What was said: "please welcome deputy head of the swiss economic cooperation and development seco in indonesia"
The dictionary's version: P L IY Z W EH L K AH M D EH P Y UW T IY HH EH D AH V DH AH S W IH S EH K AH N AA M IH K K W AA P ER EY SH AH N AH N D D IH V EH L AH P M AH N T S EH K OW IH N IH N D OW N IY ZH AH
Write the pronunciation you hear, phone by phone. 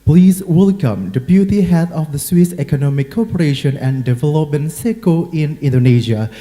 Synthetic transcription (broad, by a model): P L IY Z W EH L K AH M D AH B Y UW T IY HH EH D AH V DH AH S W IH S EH K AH N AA M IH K K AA P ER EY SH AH N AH N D D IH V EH L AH P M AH N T S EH K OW IH N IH N D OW N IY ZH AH